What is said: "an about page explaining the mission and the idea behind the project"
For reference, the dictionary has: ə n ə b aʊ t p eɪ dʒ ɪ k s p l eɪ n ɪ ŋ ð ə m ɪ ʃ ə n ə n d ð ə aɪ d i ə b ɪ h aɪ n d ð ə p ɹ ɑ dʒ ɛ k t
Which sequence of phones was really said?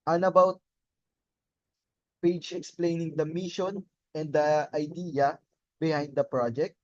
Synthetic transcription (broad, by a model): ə n ə b aʊ t p eɪ dʒ ɪ k s p l eɪ n ɪ ŋ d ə m ɪ ʃ ə n ə n d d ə aɪ d i ə b ɪ h aɪ n d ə p ɹ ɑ dʒ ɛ k t